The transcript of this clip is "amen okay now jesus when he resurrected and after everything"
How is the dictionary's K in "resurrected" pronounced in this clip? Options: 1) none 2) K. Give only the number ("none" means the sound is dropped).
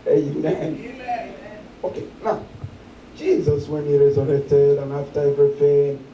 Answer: 1